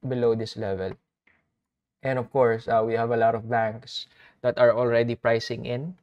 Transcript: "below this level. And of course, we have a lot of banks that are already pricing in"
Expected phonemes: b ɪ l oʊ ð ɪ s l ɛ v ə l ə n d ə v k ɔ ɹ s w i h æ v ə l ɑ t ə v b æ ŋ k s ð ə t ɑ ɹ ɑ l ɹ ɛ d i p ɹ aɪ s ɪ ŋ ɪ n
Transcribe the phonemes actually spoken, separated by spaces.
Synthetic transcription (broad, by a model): b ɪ l oʊ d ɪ s l ɛ v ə l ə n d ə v k ɔ ɹ s w i h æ v ə l ɑ t ə v b æ ŋ k s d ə t ɑ ɹ ɑ l ɹ ɛ d i p ɹ aɪ s ɪ ŋ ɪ n